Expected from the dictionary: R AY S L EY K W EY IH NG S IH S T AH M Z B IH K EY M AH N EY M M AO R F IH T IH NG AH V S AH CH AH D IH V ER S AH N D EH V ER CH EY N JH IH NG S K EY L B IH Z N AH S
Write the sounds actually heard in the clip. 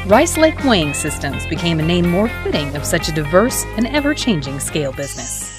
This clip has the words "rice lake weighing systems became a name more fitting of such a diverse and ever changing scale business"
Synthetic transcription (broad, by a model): R AY S L EY K W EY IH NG S IH S T AH M Z B IH K EY M AH N EY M M AO R F IH T IH NG AH V S AH CH AH D IH V ER S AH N EH V ER CH EY N JH IH NG S K EY L B IH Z N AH S